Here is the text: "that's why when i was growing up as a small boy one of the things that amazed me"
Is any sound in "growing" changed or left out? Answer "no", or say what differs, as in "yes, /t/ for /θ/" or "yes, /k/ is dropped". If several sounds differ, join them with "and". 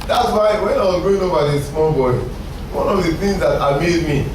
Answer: yes, /ɹ/ is dropped